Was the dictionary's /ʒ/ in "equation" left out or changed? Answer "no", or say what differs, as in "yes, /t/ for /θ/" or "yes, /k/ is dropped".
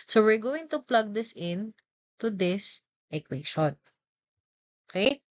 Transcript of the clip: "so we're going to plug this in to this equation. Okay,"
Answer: yes, /ʃ/ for /ʒ/